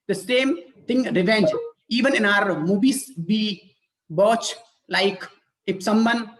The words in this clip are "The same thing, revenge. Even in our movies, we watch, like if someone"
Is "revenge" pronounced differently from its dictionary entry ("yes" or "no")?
no